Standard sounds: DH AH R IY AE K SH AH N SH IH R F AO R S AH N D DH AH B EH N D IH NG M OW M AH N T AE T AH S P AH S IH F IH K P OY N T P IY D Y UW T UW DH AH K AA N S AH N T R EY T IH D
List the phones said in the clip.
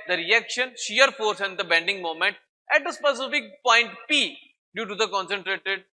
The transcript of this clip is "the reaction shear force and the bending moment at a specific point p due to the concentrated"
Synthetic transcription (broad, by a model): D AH R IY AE K SH AH N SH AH R F AO R S AH N D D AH B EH N D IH NG M OW M AH N T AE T AH S P AH S IH F IH K P OY N T P IY D Y UW T UW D AH K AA N S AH N T R EY T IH D